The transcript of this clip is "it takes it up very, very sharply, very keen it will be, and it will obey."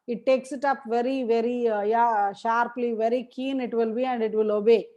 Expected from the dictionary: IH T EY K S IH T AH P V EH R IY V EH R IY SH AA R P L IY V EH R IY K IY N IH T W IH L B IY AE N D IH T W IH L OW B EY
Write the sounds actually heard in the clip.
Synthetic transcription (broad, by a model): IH T EY K S IH T AH P V EH R IY V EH R IY SH AA R P L IY V EH R IY K IY N IH T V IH L B IY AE N D IH T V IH L OW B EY